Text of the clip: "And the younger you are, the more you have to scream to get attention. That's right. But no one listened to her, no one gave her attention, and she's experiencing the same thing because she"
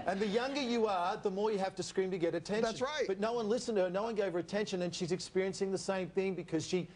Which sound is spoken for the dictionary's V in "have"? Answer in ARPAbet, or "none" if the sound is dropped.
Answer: F